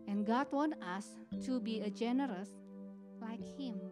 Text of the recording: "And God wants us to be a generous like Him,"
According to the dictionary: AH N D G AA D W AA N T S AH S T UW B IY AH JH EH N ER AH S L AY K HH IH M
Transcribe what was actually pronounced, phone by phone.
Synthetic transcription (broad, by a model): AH N G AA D W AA N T AH S T UW B IY AH JH EH N ER AH S L AY K HH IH M